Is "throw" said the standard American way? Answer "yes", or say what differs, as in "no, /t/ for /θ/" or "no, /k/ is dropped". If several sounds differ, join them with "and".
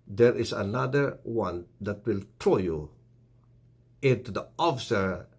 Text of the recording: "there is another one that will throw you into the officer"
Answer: no, /t/ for /θ/